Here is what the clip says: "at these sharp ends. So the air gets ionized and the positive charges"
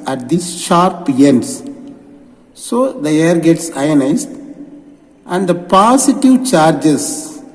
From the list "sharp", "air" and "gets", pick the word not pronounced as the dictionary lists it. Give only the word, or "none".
none